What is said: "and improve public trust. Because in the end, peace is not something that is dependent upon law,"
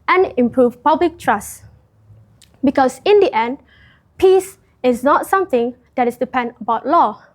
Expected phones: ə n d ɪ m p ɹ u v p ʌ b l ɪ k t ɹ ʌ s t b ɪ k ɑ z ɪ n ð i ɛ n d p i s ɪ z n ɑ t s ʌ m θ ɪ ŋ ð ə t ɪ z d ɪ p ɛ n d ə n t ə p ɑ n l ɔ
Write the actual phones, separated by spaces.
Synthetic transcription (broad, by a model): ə n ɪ m p ɹ u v p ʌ b l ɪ k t ɹ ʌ s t b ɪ k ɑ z ɪ n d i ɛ n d p i s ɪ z n ɑ t s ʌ m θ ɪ ŋ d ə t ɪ s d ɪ p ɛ n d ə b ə ʊ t l ɔ